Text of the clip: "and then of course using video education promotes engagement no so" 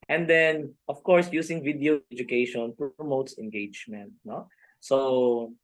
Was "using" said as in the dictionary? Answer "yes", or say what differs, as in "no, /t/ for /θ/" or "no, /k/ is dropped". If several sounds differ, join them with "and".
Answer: no, /s/ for /z/